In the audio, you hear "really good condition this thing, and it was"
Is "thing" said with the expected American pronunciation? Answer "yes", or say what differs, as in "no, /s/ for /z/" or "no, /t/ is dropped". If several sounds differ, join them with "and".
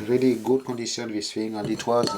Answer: no, /f/ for /θ/